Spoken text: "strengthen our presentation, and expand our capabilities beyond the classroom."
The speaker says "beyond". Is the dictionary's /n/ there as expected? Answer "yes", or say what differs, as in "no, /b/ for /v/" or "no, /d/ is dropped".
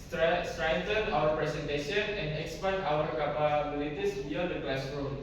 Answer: no, /n/ is dropped